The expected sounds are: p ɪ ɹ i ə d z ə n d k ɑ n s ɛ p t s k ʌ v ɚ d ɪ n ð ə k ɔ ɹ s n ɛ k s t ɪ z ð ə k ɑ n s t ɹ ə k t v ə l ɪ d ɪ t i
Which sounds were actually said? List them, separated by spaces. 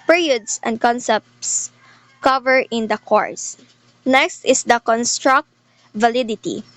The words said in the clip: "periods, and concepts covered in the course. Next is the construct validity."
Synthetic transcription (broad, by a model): p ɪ ɹ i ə d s ə n d k ɑ n s ɛ p t s k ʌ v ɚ ɪ n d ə k ɔ ɹ s n ɛ k s t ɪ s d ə k ɑ n s t ɹ ə k t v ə l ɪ d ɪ t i